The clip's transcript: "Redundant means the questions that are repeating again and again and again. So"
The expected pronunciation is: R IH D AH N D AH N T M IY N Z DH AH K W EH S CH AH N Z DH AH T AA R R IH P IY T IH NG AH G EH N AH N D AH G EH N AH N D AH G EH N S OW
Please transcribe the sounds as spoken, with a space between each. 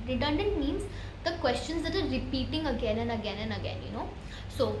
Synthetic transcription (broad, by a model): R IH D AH N D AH N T M IY N Z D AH K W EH S CH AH N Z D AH T AA R R IH P IY T IH NG AH G EH N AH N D AH G EH N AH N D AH G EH N S OW